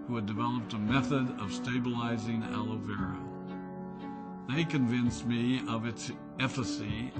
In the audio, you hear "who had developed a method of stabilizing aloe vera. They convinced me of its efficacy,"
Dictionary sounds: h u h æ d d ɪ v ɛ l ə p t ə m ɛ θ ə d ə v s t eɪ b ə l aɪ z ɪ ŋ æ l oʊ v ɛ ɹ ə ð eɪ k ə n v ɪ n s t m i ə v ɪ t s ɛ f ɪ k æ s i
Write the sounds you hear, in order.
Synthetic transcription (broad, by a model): h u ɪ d d ɪ v ɛ l ə p t ə m ɛ θ ə d ə v s t eɪ b ə l aɪ z ɪ ŋ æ l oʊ v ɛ ɹ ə ð eɪ k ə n v ɪ n s m i ə v ɪ t s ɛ f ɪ s i